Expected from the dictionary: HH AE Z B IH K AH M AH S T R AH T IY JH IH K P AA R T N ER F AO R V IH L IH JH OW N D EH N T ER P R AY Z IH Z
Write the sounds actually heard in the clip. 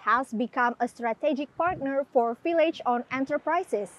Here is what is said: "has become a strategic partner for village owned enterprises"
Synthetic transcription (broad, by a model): HH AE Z B IH K AH M AH S T R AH T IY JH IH K P AA R T N ER F AO R F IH L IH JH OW N EH N T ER P R AY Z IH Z